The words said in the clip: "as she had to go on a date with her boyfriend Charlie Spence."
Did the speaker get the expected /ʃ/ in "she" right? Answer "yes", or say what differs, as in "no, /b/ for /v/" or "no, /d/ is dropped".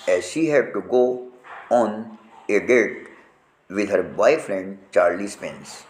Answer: yes